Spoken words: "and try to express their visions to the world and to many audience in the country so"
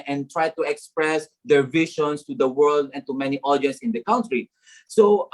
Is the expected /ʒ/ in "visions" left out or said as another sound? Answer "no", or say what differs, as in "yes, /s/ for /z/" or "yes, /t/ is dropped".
yes, /ʃ/ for /ʒ/